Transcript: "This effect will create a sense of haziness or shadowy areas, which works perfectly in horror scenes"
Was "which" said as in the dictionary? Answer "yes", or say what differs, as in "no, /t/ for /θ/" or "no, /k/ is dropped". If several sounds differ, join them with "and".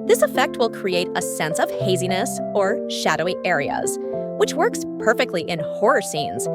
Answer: yes